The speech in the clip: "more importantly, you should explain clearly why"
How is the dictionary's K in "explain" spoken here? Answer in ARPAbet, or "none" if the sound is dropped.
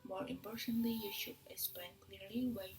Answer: none